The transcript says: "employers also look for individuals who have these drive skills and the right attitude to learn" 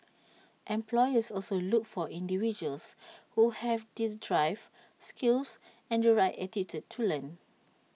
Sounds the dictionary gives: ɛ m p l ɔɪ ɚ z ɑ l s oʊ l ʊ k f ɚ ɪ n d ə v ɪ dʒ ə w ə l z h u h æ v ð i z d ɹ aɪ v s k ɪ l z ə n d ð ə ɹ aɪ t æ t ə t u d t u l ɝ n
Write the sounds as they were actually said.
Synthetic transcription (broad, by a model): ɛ m p l ɔɪ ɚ s ɑ l s oʊ l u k f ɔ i n d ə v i dʒ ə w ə l s h u h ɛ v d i s d ɹ aɪ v s k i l s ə n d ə ɹ aɪ t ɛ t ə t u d t u l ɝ n